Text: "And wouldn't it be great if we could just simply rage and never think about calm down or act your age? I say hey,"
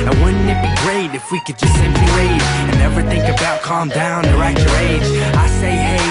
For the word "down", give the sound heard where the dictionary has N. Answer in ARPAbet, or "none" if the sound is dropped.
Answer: N